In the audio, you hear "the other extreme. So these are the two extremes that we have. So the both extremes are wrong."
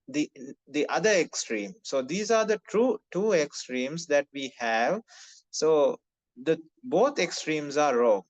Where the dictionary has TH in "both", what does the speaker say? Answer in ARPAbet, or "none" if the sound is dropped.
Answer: T